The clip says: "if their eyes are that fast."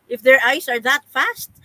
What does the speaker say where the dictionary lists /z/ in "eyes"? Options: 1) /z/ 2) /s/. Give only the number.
2